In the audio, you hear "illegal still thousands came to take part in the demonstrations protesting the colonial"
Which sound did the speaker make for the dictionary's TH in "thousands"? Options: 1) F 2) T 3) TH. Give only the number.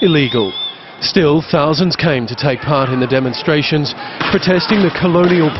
3